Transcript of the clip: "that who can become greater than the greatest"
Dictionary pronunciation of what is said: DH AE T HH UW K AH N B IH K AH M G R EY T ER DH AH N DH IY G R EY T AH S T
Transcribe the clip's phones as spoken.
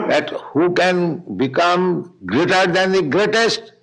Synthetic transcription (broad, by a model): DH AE T HH UW K AH N B IH K AH M G R EY T ER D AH N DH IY G R EY T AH S T